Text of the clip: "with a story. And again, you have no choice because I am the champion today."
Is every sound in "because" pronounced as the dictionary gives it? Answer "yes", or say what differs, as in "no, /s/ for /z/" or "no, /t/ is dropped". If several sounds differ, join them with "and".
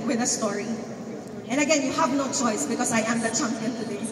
no, /s/ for /z/